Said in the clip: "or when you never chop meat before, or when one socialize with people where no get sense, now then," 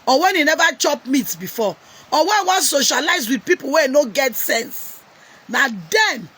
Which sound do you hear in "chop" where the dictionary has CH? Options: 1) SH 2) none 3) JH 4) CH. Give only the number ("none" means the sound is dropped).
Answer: 4